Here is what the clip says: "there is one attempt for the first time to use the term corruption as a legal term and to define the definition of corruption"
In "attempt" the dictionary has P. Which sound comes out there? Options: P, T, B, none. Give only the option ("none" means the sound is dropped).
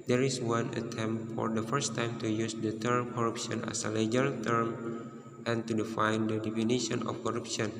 none